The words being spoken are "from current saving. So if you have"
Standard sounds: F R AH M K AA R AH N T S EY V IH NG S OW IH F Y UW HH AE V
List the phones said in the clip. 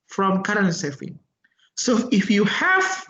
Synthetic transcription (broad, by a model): F R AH M K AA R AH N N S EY F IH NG S OW IH F Y UW HH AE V